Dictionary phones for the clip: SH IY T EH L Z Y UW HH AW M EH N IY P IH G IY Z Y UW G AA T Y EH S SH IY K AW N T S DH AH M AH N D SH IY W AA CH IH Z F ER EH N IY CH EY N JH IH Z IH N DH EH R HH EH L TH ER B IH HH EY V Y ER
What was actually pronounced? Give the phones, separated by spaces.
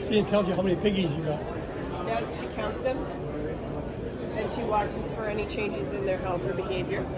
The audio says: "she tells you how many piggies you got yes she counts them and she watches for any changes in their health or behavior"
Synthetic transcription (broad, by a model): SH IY T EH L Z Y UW HH AW M EH N IY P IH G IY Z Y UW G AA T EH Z SH IY K AW N T S DH AH M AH N SH IY W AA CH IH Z F ER EH N IY CH EY N JH IH Z IH N DH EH R HH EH L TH ER B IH HH EY V Y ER